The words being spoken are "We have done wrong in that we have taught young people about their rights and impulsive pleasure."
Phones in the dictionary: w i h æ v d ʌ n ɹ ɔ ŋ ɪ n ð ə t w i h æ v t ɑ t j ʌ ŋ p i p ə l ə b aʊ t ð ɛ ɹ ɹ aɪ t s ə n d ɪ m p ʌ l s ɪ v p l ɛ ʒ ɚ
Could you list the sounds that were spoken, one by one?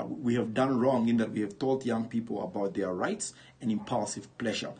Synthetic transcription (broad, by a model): w i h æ v d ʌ n ɹ ɔ ŋ ɪ n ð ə t w i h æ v t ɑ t j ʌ ŋ p i p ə l ə b aʊ t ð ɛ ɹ ɹ aɪ t s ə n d ɪ m p ʌ l s ɪ v p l ɛ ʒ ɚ